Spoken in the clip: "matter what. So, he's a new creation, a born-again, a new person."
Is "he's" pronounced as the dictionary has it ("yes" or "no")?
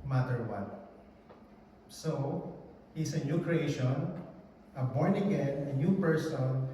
no